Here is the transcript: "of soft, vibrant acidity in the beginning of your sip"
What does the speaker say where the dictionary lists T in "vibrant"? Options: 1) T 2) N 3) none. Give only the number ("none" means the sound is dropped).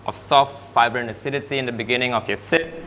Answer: 3